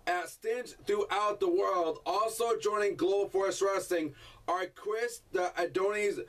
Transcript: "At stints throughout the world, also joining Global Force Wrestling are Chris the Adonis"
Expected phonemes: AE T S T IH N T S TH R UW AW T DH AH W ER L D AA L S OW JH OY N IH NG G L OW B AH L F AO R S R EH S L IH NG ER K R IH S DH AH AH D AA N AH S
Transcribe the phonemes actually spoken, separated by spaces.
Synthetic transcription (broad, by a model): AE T S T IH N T TH R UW AW T DH AH W ER L D AA L S OW JH OY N IH NG G L OW AH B F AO R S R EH S IH NG ER K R IH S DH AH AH D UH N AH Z